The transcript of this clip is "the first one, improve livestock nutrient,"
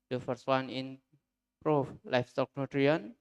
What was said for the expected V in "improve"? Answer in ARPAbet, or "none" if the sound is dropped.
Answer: F